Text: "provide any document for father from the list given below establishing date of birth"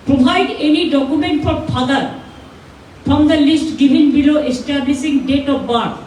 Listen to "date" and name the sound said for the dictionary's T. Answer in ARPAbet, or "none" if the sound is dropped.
T